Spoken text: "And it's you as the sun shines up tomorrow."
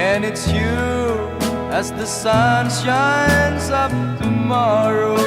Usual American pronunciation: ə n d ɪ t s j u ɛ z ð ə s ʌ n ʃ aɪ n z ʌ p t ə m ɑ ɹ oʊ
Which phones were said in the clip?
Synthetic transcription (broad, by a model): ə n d ɪ t s j u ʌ z ð ə s ʌ n ʃ aɪ n z ʌ p t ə m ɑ ɹ oʊ